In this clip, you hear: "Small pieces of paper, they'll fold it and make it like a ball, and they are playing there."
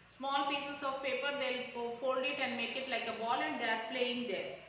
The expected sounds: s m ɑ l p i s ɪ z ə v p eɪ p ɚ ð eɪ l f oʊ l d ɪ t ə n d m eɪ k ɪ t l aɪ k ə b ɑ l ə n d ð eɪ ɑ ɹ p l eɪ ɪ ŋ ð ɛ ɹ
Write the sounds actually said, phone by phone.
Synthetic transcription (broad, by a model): s m ɑ l p i s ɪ s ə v p eɪ p ɚ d eɪ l f oʊ l d ɪ t ə n d m eɪ k ɪ t l aɪ k ə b ɑ l ə n d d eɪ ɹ p l eɪ ɪ ŋ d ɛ ɹ